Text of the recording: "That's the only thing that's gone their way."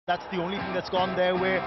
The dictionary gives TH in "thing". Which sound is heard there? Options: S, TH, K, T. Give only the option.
T